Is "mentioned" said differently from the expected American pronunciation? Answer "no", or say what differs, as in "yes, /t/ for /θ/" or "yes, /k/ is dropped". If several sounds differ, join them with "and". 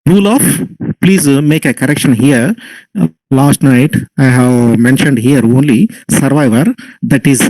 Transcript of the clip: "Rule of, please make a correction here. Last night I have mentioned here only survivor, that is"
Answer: no